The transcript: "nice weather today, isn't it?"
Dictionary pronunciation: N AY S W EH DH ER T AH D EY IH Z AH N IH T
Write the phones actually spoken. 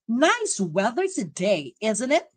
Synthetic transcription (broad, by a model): N AY S W EH DH ER T AH D EY IH Z AH N IH T